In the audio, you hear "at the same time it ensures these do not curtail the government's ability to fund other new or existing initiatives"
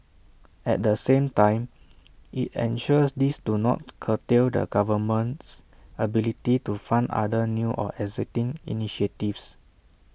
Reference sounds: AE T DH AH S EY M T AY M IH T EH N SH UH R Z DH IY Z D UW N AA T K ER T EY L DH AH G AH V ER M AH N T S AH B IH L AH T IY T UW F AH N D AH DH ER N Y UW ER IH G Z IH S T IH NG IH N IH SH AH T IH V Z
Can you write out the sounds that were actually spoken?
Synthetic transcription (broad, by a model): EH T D AH S EY M T AY M IH T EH N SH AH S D IY S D UW N AA T K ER T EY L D AH G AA V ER M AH N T S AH B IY L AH T IY T UW F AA N D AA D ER N Y UW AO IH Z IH T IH NG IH N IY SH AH T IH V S